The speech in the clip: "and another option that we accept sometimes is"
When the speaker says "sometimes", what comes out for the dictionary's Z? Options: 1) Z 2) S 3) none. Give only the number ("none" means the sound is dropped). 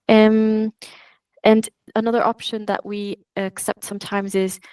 1